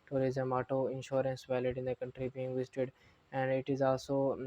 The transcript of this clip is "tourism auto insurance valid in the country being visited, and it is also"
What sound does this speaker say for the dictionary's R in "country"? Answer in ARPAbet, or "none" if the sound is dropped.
R